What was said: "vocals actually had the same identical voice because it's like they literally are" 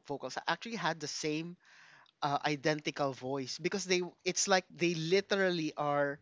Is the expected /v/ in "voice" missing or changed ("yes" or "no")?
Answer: no